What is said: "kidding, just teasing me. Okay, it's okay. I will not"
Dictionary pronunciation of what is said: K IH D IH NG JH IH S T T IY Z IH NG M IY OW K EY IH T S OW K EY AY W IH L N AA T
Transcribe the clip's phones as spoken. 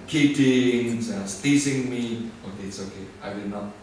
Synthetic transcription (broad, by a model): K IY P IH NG Z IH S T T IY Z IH NG M IY OW K EY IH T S OW K EY AY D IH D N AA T